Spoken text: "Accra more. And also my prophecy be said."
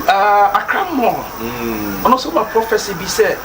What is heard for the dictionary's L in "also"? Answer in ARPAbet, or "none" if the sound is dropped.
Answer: none